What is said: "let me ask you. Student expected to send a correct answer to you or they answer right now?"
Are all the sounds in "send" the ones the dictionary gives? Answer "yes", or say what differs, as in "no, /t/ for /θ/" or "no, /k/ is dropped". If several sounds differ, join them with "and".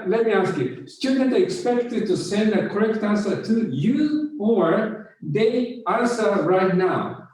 yes